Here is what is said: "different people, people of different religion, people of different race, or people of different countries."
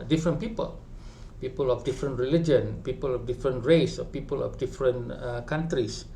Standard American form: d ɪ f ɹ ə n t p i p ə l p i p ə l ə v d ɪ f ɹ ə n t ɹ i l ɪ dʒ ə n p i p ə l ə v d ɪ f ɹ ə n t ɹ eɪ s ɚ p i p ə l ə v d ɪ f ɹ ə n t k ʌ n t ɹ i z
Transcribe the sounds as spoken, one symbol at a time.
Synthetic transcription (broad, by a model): d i f ɹ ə n p i p ə l p i p ə l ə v d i f ɹ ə n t ɹ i l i dʒ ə n p i p ə l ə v d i f ɹ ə n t ɹ eɪ s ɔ p i p ə l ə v d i f ɹ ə n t k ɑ n t ɹ i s